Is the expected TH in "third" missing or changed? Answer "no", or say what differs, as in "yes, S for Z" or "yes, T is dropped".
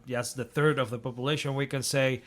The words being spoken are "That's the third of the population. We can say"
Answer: no